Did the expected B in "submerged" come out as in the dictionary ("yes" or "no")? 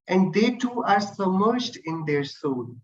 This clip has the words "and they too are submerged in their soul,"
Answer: no